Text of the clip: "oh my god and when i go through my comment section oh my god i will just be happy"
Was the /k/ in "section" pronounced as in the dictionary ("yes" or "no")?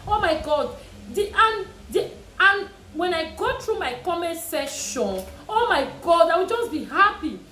no